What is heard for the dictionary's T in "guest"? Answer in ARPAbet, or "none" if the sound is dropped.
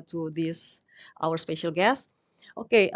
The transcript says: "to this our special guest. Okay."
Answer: T